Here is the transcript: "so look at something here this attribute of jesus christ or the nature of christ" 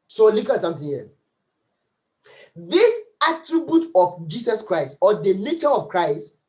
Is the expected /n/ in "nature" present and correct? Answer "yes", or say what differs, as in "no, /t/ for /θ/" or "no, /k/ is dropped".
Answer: no, /l/ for /n/